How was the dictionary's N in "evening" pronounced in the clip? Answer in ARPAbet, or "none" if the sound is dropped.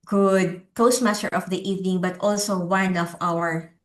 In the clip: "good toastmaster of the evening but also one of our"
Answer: N